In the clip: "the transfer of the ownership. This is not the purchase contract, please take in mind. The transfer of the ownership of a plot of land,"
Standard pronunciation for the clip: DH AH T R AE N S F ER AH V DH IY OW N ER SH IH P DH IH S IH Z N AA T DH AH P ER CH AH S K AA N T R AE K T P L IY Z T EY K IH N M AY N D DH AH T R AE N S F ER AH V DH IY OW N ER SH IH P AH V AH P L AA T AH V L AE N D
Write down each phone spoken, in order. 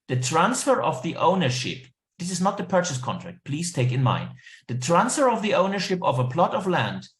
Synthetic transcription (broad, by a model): DH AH T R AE N S F ER AH V DH IY OW N ER SH IH P DH IH S IH Z N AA T DH AH P ER CH AH S K AA N T R AE K T P L IY Z T EY K IH N M AY N D DH AH T R AE N S F ER AH V DH IY OW N ER SH IH P AH V AH P L AA T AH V L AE N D